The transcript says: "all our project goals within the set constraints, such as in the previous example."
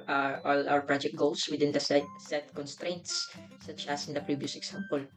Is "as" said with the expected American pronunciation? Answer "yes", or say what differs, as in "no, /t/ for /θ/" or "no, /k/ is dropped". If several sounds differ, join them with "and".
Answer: no, /s/ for /z/